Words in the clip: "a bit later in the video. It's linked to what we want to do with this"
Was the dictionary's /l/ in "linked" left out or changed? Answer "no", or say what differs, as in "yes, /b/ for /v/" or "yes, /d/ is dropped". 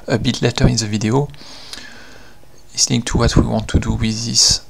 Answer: yes, /n/ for /l/